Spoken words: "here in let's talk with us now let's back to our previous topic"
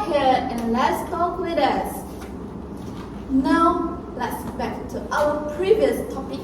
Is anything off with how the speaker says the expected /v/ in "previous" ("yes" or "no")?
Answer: no